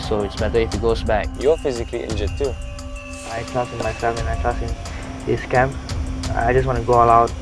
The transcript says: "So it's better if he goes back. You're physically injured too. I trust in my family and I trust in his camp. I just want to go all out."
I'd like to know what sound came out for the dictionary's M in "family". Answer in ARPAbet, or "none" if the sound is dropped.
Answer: none